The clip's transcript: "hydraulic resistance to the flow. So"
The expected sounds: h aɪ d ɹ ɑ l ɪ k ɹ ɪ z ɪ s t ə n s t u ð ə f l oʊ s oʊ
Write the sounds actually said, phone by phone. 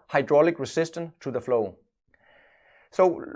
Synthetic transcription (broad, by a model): h aɪ d ɹ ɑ l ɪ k ɹ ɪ s ɪ s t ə n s t u ð ə f l oʊ s oʊ